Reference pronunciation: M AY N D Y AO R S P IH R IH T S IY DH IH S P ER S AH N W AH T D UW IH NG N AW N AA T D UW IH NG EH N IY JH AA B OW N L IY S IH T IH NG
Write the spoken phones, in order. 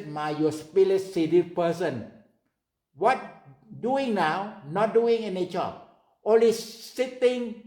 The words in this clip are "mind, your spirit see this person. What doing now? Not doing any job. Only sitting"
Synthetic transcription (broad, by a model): M AY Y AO S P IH L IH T S IY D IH P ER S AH N W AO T D UW IH NG N AW N AA T D UW IH NG EH N IY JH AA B OW N L IY S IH T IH NG